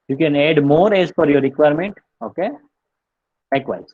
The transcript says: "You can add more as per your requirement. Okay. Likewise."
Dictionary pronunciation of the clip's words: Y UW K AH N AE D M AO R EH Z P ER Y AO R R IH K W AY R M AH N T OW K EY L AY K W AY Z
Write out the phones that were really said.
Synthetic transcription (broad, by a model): Y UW K AH N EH D M AO R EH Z F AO Y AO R R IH K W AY R M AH N T OW K EY L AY K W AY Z